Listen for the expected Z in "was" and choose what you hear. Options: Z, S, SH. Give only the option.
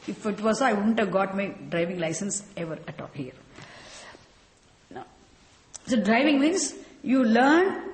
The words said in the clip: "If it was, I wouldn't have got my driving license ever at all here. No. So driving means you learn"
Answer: S